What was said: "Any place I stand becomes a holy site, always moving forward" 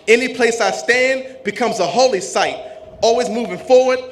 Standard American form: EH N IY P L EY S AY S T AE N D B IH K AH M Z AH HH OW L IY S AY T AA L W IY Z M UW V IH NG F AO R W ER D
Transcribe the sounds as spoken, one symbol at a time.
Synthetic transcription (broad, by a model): EH N IY P L EY S AY S T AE N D B IH K AH M Z AH HH OW L IY S AY T AA L W IY Z M UW V IH NG F AO R W ER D